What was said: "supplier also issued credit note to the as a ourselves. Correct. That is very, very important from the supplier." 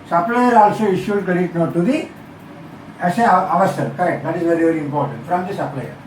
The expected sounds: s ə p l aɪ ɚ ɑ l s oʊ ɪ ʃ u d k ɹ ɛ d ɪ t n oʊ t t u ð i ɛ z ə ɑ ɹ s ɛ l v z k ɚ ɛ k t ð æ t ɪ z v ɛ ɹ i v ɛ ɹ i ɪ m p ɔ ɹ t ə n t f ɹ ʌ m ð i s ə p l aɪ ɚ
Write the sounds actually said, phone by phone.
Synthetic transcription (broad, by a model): s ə p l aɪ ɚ ɑ l s oʊ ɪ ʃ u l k ɛ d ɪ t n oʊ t t u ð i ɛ s ə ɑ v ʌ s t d k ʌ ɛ k t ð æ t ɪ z v ɛ ɹ i v ɛ ɹ i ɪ m p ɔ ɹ t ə n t f ɹ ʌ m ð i s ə p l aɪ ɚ